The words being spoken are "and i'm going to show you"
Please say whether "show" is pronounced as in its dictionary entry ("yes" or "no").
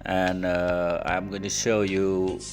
yes